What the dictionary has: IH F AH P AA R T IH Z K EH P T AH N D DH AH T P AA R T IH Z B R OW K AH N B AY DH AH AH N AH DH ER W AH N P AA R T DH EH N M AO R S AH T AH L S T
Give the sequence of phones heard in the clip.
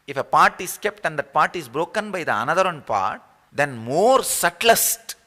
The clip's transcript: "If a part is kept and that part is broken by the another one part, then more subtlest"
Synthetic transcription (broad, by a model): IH F AH P AA R T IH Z K EH P T AH N D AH T P AA R T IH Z B R OW K AH N B AY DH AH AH N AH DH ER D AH N P AA R T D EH N M AO R S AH T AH S T